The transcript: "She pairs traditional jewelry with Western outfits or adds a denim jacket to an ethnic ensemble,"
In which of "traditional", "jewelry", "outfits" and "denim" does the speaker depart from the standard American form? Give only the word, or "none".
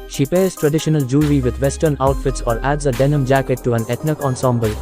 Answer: jewelry